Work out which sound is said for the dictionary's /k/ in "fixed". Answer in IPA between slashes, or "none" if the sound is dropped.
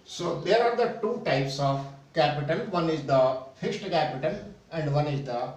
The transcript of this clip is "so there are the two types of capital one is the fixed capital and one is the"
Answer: /k/